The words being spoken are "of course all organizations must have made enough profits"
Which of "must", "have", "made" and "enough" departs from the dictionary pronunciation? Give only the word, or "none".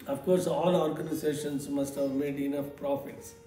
none